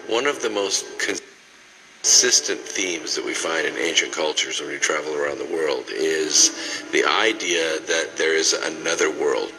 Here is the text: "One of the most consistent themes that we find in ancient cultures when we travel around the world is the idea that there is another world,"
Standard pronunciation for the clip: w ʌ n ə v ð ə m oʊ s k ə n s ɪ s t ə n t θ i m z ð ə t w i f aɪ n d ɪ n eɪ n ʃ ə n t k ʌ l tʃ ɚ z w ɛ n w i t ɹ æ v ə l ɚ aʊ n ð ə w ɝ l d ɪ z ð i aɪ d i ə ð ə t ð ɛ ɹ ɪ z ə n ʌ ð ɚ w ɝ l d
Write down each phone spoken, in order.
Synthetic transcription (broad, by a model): w ʌ n ə v ð ə m oʊ s k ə n s ɪ s t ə n θ i m z ð ə t w i f aɪ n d ɪ n eɪ n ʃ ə n k ʌ l tʃ ɚ z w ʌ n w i t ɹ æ v l ɚ aʊ n ð ə w ɝ l d ɪ z ð i aɪ d i ə ð ə t ð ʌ ɹ ɪ z ə n ʌ ð ɚ w ɝ l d